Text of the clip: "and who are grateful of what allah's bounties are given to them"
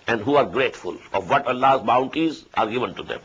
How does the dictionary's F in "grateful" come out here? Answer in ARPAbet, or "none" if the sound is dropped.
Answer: F